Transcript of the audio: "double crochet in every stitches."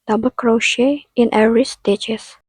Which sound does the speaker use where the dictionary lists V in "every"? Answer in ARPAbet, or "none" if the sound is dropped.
none